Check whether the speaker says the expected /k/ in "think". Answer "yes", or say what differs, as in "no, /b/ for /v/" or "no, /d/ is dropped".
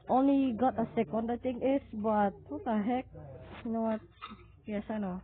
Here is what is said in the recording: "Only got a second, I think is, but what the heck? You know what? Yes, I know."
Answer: no, /k/ is dropped